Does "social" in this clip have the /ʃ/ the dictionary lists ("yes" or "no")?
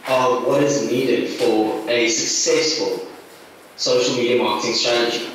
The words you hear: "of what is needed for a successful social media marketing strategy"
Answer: yes